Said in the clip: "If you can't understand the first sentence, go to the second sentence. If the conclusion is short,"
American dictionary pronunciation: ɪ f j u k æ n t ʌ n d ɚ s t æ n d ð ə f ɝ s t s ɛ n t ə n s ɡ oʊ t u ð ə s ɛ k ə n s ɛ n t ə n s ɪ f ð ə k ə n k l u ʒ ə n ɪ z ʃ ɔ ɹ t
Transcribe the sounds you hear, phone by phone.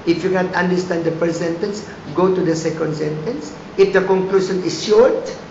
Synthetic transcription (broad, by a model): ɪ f j u k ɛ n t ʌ n d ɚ s t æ n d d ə p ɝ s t s ɛ n t ə n s ɡ oʊ t u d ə s ɛ k ə n s ɛ n t ə n s ɪ f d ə k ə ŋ k l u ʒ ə n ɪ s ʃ ɔ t